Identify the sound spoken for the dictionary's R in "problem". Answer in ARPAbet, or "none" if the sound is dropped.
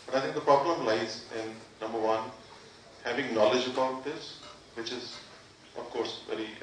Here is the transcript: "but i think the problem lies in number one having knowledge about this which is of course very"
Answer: R